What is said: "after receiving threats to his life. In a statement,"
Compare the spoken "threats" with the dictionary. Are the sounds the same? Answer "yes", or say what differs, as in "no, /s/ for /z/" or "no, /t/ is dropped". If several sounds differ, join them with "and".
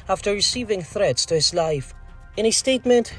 yes